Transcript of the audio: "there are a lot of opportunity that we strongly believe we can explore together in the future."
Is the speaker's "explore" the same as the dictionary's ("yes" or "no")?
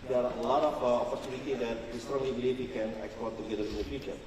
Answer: no